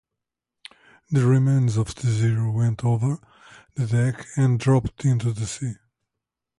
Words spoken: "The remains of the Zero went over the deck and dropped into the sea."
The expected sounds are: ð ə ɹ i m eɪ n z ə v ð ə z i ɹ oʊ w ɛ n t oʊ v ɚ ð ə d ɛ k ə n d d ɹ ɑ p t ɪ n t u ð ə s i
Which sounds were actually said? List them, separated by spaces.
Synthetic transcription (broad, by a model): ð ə ɹ i m eɪ n z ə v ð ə z i ɹ oʊ w ɛ n t oʊ v ɚ ð ə d ɛ k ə n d d ɹ ɑ p t ɪ n t u ð ə s i